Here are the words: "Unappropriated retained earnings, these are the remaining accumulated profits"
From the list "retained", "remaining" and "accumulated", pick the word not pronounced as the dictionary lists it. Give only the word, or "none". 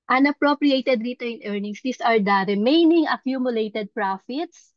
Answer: retained